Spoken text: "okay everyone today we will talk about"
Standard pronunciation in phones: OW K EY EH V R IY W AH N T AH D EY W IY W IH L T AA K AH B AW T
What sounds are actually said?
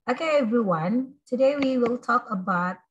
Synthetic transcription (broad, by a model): OW K EY EH V R IY W AH N T AH D EY W IY W IH L T AA K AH B AW T